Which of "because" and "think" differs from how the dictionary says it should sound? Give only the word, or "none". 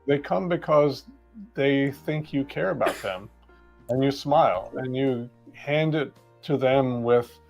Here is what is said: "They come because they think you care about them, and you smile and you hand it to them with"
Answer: none